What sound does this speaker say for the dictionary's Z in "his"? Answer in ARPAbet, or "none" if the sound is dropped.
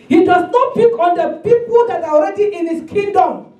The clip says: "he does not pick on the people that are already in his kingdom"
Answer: S